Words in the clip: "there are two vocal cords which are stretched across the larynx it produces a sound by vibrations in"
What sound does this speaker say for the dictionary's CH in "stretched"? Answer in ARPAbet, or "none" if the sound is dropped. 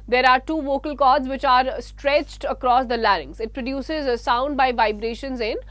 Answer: CH